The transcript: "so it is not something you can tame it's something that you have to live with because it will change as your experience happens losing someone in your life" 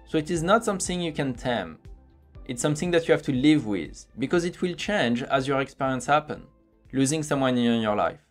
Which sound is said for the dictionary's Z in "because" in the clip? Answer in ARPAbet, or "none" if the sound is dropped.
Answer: Z